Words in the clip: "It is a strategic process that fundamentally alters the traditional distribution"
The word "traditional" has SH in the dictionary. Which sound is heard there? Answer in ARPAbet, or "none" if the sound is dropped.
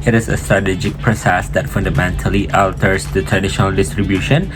SH